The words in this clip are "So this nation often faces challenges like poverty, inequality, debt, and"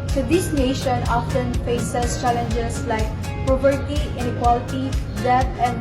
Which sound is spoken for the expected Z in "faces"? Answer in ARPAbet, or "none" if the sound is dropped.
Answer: S